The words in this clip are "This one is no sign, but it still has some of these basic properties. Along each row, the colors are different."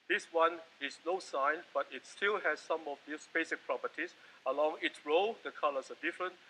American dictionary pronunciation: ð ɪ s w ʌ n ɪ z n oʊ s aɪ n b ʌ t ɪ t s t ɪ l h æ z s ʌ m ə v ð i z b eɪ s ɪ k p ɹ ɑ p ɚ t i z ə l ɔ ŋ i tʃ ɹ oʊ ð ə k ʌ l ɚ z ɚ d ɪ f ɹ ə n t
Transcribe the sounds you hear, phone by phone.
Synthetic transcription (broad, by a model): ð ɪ s w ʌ n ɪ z n oʊ s aɪ n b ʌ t ɪ t s t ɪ l h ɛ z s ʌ m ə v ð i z b eɪ s ɪ k p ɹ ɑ p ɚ t i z ə l ɔ ŋ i s ɹ oʊ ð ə k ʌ l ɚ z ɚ d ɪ f ɹ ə n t